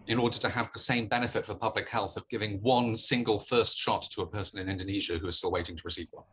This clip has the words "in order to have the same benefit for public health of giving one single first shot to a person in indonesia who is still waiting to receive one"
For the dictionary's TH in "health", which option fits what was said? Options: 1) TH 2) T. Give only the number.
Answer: 1